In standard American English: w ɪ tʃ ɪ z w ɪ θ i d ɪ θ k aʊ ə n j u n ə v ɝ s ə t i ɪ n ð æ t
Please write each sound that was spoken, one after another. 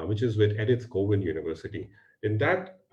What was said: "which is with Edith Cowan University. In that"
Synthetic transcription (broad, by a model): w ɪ tʃ ɪ z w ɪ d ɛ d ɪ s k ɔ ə n j u n ə v ɝ s ə t i ɪ n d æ t